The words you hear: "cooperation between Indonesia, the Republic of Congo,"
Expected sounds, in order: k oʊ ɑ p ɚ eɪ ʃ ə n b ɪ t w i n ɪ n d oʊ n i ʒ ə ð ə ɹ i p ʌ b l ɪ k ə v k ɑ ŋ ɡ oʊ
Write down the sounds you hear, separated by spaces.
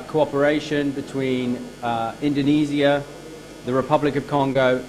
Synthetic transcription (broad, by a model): k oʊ ɑ p ɚ eɪ ʃ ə n b ɪ t w i n ɪ n d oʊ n i z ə ð ə ɹ i p ʌ b l ɪ k ə v k ɑ ŋ ɡ oʊ